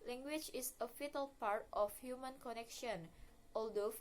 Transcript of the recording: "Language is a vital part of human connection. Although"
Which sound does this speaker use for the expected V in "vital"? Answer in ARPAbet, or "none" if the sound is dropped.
F